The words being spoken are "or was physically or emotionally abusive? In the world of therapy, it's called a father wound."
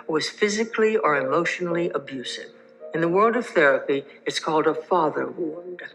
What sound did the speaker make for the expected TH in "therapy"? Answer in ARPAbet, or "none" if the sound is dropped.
TH